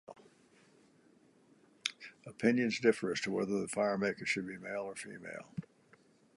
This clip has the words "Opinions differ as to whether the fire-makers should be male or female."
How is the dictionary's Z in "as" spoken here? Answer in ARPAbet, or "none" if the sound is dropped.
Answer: S